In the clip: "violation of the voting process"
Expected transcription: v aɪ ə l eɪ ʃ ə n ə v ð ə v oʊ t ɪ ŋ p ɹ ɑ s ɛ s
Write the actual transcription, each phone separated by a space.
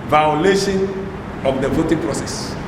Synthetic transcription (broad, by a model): v aɪ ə l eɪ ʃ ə n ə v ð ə v oʊ t ɪ ŋ p ɹ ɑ s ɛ s